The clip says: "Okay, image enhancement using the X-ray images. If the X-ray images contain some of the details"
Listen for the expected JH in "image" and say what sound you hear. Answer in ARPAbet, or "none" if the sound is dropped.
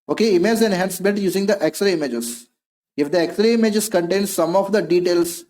Z